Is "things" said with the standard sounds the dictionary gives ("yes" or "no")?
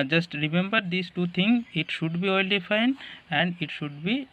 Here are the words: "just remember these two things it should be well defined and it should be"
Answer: no